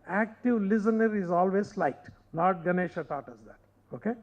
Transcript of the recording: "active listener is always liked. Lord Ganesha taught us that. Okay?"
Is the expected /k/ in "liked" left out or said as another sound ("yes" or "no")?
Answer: yes